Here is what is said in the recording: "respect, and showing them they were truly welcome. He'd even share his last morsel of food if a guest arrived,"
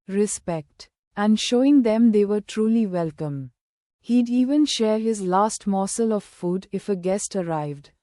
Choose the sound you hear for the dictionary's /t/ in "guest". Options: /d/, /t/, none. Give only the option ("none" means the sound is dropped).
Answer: /t/